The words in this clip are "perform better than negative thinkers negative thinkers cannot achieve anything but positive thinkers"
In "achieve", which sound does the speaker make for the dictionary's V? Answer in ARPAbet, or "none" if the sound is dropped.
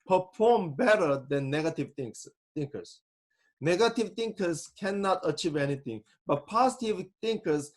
V